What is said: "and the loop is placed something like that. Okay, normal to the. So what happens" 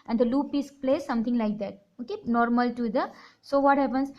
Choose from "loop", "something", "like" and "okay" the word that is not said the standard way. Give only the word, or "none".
something